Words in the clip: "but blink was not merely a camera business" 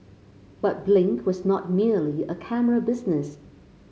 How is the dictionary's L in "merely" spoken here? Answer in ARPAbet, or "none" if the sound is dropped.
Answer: L